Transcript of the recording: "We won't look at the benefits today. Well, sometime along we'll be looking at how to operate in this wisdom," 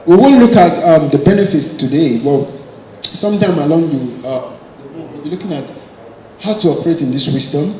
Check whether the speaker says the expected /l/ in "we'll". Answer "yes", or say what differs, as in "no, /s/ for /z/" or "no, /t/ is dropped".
no, /w/ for /l/